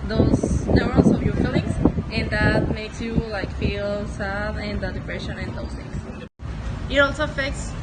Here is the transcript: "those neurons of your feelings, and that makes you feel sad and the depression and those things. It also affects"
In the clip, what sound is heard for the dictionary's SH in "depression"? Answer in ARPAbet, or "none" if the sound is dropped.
SH